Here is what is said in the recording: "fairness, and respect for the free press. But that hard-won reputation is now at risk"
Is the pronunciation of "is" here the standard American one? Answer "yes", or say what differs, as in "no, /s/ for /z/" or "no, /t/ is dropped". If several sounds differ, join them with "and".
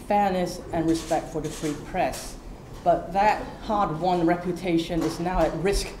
yes